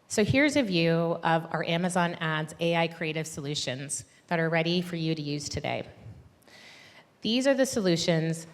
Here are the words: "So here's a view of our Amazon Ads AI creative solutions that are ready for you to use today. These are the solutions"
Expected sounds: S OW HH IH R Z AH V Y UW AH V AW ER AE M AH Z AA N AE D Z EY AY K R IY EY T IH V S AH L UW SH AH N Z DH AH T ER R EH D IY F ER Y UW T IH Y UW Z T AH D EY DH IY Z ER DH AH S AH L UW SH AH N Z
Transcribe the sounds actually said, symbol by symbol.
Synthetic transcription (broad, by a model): S OW HH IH R Z AH V Y UW AH V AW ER AE M AH Z AA N AE D Z EY AY K R IY EY T IH V S AH L UW SH AH N Z DH AH T ER R EH D IY F ER Y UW T IH Y UW Z T AH D EY DH IY Z ER DH AH S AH L UW SH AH N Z